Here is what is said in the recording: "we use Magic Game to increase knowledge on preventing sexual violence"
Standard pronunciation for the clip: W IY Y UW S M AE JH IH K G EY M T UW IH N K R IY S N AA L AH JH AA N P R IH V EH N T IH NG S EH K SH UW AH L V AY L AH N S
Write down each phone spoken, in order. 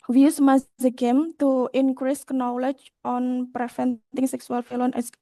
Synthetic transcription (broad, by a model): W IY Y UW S M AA Z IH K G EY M T UW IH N K R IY S N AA L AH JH AA N P R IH F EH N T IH NG S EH K S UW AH L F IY L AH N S